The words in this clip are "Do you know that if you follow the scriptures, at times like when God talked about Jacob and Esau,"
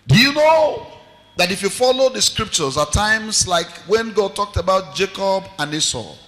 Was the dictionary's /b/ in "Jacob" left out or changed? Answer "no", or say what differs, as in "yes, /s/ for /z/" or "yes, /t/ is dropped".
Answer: no